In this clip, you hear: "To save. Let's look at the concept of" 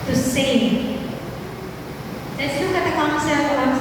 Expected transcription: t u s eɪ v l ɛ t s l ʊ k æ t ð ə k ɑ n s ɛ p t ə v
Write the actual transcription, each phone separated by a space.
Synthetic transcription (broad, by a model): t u s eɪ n l ɛ t s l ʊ k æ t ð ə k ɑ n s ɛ t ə